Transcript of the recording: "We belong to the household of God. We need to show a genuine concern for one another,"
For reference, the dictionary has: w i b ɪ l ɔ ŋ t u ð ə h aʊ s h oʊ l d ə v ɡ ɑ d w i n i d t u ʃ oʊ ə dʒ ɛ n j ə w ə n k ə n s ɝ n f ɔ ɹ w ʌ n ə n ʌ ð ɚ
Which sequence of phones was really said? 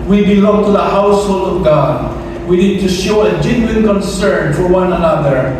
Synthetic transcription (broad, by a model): w i b ɪ l ɔ ŋ t u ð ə h aʊ s h oʊ l d ə v ɡ ɑ d w i n i d t u ʃ oʊ ə dʒ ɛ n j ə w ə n k ə n s ɝ n f ɔ ɹ w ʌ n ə n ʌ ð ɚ